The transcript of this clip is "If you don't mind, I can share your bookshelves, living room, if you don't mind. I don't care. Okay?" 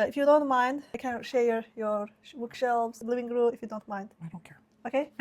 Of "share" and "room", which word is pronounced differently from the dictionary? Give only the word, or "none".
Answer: room